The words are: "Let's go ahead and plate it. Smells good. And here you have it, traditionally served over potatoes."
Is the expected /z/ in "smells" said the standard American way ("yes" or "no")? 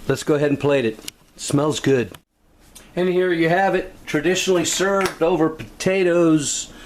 yes